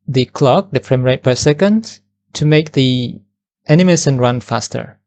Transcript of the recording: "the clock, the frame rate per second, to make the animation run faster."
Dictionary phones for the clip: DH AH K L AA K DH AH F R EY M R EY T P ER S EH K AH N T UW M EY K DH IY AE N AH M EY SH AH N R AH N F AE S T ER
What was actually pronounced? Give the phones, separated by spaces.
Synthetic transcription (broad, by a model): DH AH K L AA K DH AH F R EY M R EY T P ER S EH K AH N T UW M EY K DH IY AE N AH M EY S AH N R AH N F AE S T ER